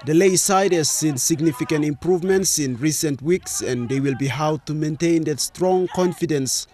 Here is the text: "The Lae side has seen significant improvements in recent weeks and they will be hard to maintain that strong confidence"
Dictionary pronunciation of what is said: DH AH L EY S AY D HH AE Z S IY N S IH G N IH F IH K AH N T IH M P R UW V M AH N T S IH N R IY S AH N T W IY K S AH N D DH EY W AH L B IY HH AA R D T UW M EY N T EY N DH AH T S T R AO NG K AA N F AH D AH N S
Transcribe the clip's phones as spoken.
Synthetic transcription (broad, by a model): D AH L EY S AY D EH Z S IY N S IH G N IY F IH K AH N T IH M P R UW V M AH N T S IH N R IY S AH N T W IY K S AH N D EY W AH L B IY HH AA W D T UW M EY N T EY N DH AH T S T R AO NG K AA N F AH D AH N S